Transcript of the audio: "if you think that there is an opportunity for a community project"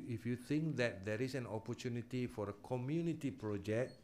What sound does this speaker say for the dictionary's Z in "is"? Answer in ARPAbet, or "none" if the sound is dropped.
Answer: S